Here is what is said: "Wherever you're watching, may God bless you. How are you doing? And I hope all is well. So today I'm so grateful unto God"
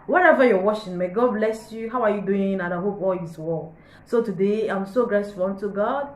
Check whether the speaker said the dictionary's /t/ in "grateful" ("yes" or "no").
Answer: no